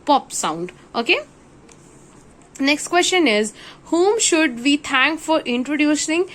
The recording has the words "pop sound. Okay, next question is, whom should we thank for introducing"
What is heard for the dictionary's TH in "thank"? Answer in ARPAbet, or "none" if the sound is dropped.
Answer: T